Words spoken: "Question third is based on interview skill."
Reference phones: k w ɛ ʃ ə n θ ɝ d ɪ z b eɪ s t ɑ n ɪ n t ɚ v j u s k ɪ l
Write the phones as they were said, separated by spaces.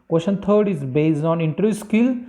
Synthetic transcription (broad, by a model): k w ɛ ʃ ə n t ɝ d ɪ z b eɪ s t ɑ n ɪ n t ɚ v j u s k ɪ l